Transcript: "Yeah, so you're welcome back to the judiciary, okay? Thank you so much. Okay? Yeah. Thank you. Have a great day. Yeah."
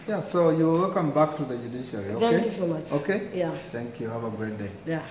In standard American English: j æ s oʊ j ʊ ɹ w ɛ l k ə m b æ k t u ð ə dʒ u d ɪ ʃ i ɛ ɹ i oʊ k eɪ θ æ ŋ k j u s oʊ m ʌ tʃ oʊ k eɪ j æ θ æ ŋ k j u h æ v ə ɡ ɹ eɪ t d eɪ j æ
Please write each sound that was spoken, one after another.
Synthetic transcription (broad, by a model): j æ s oʊ j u l w ɛ l k ə m b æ k t u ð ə dʒ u d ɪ ʃ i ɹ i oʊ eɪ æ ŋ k j u s oʊ m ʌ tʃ oʊ k eɪ j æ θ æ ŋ k j u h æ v ə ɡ ɹ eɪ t d eɪ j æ